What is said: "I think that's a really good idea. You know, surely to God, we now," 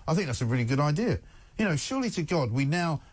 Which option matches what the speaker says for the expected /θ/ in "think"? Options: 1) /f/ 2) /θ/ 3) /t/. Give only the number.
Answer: 2